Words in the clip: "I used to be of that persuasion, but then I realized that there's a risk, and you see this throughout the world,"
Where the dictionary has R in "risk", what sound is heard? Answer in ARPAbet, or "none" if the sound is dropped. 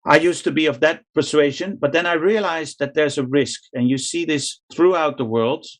R